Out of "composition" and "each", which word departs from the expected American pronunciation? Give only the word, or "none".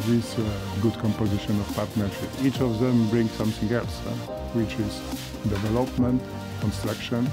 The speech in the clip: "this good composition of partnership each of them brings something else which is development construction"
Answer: none